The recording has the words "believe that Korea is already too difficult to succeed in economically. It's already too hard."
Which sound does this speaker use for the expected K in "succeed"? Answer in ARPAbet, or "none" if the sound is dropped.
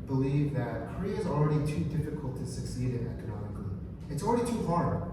K